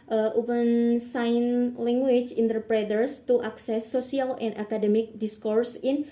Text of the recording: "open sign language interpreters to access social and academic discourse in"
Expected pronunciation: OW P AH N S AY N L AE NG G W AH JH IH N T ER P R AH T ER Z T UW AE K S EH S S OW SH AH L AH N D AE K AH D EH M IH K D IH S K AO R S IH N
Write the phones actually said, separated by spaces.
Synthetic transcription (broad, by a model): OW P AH N S AY N L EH NG G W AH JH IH N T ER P R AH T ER S T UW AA K S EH S S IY AH L AH N D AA K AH D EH M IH K D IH S K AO R S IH N